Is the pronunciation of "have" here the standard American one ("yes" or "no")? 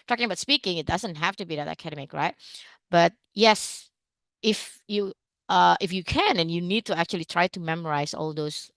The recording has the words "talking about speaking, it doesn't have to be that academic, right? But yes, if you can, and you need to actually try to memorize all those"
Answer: no